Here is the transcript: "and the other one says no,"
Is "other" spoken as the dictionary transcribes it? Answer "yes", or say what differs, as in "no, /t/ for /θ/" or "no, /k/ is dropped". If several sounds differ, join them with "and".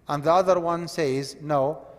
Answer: yes